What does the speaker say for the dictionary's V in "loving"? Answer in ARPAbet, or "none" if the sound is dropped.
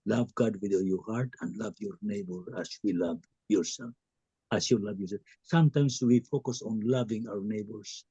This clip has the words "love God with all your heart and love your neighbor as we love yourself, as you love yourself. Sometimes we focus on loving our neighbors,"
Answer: V